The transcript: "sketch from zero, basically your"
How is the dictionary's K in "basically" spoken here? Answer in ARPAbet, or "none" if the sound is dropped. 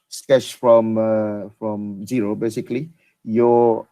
K